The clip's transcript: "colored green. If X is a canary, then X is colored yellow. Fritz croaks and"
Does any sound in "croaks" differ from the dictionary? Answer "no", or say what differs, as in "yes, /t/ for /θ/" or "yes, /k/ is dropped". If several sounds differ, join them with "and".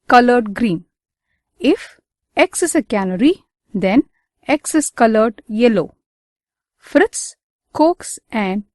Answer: yes, /ɹ/ is dropped